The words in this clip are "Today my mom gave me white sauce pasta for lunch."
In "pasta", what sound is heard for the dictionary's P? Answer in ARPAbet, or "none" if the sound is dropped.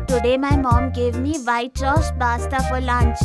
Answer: B